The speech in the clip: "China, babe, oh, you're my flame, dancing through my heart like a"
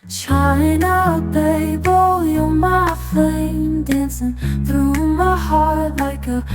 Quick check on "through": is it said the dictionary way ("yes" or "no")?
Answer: yes